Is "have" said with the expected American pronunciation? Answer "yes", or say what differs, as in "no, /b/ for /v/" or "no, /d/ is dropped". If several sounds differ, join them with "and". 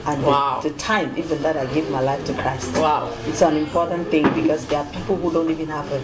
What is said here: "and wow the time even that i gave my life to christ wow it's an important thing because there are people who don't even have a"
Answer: no, /p/ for /v/